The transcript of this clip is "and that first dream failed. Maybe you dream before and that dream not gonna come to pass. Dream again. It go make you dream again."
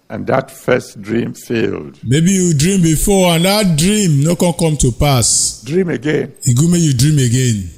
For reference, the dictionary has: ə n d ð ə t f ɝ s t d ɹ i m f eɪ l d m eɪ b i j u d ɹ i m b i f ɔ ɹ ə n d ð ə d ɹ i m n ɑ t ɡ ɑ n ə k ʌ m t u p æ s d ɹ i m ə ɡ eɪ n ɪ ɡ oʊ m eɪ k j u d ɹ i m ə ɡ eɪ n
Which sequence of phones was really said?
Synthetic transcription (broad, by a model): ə n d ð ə t f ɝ s t d ɹ i m f eɪ l d m eɪ b i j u d ɹ i m b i f ɔ ə n d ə d ɹ i m n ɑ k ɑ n k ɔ m t u p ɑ s d ɹ i m ə ɡ eɪ n ɪ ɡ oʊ m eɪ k j u d ɹ i m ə ɡ eɪ n